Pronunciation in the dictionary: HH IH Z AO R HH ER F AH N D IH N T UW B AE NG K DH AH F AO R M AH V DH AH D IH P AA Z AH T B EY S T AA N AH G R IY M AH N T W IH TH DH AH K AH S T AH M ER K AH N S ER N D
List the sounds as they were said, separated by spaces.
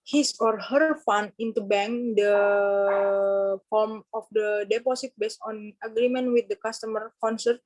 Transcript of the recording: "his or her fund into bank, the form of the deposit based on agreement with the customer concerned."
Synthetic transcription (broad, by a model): HH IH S AO R HH ER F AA N IH N T UW B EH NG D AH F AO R M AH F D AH D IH P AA S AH T B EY S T AA N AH G R IY M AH N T W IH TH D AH K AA S T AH M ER K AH N S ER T